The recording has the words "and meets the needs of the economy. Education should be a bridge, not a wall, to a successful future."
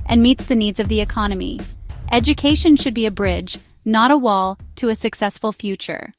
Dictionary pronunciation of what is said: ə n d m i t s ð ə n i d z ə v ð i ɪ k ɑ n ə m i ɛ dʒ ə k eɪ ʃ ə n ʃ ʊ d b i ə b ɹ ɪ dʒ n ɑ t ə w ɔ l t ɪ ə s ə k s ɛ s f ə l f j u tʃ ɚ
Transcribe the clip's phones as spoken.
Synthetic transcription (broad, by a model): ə n m i t s ð ə n i d z ə v ð i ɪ k ɑ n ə m i ɛ dʒ ə k eɪ ʃ ə n ʃ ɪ d b i ə b ɹ ɪ dʒ n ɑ t ə w ɔ l t ɪ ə s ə k s ɛ s f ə l f j u tʃ ɚ